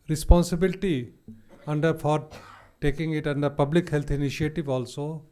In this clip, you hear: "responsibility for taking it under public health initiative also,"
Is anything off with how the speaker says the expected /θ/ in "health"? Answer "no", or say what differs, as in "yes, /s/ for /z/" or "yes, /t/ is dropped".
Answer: yes, /t/ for /θ/